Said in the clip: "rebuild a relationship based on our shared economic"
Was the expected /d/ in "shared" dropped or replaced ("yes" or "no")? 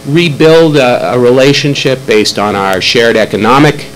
no